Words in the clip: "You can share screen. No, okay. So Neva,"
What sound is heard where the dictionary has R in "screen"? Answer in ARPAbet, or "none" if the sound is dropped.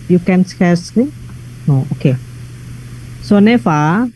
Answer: none